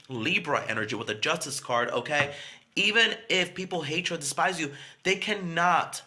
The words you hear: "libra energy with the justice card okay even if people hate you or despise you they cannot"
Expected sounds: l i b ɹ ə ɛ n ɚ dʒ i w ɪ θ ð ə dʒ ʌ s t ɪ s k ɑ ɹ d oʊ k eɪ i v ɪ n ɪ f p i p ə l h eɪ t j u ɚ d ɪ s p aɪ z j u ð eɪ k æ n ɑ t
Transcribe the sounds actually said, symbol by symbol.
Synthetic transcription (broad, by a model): l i b ɹ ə ɛ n ɚ dʒ i w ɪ ð ə dʒ ʌ s t ɪ s k ɑ ɹ d oʊ k eɪ i v ɪ n ɪ f p i p l h eɪ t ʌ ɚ d ɪ s p aɪ z j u ð eɪ k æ n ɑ t